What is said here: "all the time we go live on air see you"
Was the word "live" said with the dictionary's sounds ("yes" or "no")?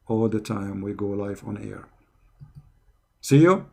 no